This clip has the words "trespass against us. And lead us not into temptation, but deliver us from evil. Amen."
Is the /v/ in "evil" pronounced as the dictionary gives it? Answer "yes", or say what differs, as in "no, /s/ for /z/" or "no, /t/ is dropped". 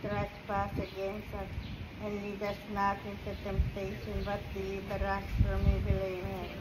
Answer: no, /b/ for /v/